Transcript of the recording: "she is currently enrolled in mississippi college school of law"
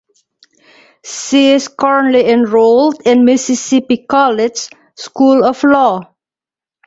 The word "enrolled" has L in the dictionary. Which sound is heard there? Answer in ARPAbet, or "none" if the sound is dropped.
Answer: L